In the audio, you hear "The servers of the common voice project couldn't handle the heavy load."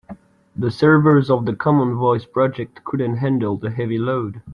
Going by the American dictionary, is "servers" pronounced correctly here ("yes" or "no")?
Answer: yes